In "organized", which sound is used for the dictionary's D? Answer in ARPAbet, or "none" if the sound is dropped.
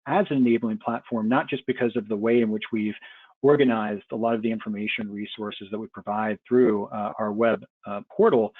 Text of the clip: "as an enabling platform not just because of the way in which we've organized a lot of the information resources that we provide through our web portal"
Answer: D